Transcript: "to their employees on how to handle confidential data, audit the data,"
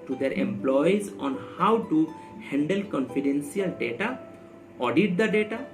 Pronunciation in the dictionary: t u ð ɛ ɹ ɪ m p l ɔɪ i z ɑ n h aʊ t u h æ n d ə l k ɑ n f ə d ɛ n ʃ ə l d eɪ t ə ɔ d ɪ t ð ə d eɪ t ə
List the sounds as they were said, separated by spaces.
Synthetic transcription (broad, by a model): t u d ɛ ɹ ɪ m p l ɔɪ i z ɑ n h aʊ t u h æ n d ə l k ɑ n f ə d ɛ n s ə l d eɪ t ə ɔ d ɪ t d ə d eɪ t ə